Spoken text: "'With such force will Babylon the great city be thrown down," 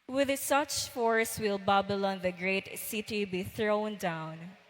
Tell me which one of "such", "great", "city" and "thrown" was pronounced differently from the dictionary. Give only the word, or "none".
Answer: none